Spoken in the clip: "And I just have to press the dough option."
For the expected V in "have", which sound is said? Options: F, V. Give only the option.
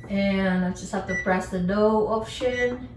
F